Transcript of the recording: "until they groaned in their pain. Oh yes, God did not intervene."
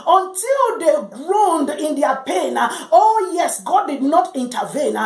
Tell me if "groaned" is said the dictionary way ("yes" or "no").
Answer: yes